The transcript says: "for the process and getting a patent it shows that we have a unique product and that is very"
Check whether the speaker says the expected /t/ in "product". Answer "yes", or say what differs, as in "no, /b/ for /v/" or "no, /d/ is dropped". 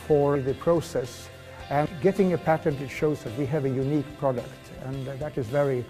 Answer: yes